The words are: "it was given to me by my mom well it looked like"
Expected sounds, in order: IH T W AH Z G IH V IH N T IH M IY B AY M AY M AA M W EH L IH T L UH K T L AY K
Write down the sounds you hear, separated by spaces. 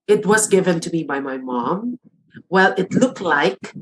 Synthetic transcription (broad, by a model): IH T W AH Z G IH V IH N T IH M IY B AY M AY M AA M W EH L IH T L UH K T L AY K